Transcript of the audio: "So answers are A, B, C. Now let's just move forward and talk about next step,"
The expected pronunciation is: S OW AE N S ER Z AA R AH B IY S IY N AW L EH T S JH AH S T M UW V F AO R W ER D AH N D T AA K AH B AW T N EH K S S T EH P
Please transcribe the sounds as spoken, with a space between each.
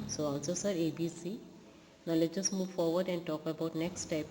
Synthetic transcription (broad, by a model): S OW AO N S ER S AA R AH B IY S IY N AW L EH JH AH S T M UW V F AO R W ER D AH N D T AA K AH B AW T N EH K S S T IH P